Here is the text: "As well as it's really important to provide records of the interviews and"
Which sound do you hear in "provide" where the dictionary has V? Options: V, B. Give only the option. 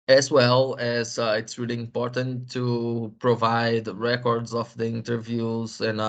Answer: V